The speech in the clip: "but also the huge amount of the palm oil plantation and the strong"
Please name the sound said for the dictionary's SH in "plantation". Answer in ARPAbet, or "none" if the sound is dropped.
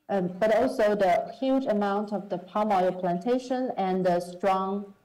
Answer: SH